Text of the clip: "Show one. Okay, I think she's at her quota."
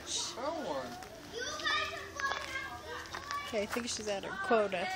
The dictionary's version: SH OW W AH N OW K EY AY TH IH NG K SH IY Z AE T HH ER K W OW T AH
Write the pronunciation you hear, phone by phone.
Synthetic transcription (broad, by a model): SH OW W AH OW K EY AY TH IH NG K SH IY Z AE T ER K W OW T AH